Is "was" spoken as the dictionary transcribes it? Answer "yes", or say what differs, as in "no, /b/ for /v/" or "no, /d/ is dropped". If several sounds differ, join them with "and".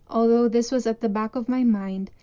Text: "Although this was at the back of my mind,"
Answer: yes